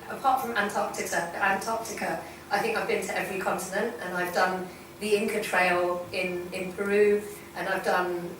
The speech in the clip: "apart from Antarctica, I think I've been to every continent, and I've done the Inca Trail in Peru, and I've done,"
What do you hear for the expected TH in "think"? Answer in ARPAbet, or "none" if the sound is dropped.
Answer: TH